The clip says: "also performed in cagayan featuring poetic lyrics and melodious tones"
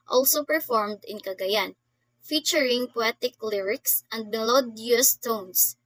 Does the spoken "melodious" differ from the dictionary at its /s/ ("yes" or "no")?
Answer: no